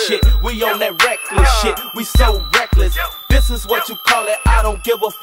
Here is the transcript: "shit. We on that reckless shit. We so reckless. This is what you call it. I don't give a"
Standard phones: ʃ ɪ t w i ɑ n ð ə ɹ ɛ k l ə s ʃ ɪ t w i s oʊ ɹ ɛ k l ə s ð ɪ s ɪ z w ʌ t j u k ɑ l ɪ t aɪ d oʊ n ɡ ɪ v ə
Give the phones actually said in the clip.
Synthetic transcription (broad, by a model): ʃ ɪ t w i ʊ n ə ɹ ɛ k l ə s ʃ ɪ t w i s oʊ ɹ ɛ k l ə s ð ɪ s ɪ z w ʌ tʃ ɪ k ɑ l ɪ t aɪ d oʊ n ɡ ɪ v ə